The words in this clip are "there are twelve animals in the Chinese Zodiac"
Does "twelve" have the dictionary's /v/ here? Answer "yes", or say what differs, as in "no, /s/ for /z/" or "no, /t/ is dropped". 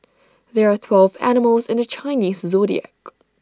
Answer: yes